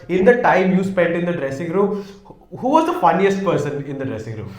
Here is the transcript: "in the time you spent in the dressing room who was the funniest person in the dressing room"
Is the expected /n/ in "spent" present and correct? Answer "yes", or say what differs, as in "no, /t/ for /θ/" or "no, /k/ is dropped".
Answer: no, /n/ is dropped